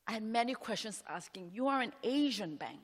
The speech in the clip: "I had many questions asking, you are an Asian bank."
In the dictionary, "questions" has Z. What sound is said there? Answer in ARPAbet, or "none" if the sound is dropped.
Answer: S